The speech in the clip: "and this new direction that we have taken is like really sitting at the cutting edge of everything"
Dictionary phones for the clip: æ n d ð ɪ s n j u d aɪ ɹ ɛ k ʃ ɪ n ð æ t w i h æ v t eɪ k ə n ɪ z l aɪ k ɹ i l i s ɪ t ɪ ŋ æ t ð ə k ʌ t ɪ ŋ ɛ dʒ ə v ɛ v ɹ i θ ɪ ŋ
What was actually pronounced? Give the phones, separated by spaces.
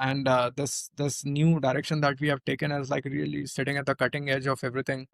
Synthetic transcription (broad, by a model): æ n d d ɪ s n j u d aɪ ɹ ɛ k ʃ ɪ n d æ t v i h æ v t eɪ k ə n ɪ z l aɪ k ɹ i l i s ɪ t ɪ ŋ æ t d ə k ʌ t ɪ ŋ ɛ dʒ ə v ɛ v ɹ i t ɪ ŋ